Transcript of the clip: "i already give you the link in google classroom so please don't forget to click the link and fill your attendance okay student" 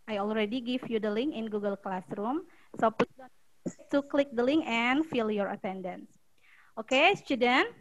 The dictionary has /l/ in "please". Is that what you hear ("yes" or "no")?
no